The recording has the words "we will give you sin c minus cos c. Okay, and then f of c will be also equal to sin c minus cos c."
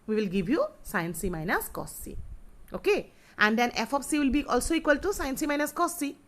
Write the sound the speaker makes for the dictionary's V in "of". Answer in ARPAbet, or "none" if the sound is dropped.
P